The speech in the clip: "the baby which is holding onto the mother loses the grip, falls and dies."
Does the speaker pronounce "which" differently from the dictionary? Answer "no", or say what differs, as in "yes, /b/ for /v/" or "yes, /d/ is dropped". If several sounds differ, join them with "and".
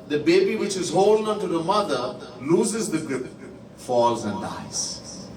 no